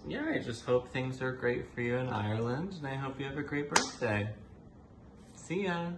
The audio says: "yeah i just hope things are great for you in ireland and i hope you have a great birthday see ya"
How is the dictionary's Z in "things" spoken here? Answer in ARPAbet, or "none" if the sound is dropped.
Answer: Z